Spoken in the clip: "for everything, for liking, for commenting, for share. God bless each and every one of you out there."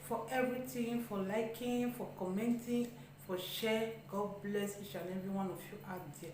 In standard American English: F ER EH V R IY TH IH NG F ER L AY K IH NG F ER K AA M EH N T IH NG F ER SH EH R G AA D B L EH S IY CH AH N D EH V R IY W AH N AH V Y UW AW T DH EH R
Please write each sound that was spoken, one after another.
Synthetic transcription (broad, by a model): F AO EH V R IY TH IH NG F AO L AY K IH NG F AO K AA M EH N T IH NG F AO SH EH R G AA D B L EH S IY CH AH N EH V IY W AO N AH F Y UW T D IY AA